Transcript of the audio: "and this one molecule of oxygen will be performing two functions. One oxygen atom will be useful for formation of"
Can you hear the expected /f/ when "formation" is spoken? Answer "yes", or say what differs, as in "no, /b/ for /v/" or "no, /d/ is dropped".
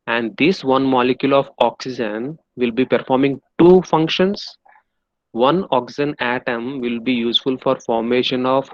yes